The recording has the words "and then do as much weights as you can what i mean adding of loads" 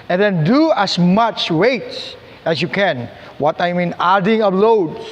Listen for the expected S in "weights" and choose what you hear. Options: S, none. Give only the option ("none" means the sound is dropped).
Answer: none